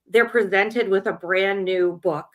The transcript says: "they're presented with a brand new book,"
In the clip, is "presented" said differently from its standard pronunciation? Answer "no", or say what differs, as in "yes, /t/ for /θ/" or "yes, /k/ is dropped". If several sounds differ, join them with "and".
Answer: no